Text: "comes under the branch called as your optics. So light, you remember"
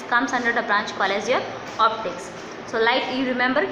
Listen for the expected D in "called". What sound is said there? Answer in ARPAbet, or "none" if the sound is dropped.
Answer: none